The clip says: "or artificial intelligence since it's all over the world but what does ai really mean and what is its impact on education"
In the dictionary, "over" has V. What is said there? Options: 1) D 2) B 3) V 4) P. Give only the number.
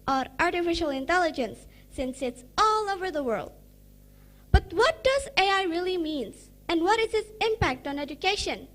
3